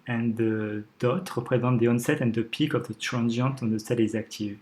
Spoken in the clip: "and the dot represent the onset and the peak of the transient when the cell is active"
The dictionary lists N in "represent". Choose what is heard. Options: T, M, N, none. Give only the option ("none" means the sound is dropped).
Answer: none